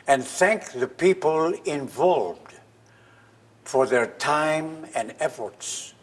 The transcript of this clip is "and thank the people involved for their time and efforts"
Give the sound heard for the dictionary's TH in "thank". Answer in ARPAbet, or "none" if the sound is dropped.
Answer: TH